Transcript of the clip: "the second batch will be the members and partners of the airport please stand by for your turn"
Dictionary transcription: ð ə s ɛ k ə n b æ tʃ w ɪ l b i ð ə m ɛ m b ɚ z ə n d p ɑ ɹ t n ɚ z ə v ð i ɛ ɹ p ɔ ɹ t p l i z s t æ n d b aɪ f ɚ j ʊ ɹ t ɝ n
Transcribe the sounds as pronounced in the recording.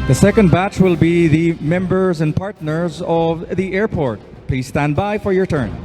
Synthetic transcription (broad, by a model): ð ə s ɛ k ə n b æ tʃ w ɪ l b i ð ə m ɛ m b ɚ z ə n p ɑ ɹ t n ɚ z ə v ð i ɛ ɹ p ɔ ɹ t p l i z s t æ n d b aɪ f ɚ j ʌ ɹ t ɝ n